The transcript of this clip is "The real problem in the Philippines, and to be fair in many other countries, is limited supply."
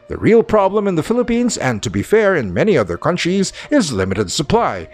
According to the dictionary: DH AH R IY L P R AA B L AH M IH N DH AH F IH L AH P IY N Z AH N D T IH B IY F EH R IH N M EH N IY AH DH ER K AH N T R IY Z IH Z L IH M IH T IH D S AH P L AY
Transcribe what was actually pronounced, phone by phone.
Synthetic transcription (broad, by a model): DH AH R IY L P R AA B L AH M IH N DH AH F IH L AH P IY N Z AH N T IH B IY F EH R IH N M EH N IY AH DH ER K AH N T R IY Z IH Z L IH M IH T IH D S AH P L AY